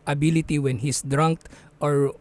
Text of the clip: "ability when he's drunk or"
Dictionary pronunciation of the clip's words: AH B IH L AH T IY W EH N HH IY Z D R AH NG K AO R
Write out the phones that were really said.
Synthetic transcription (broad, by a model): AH B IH L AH T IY W EH N HH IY S D R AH NG K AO R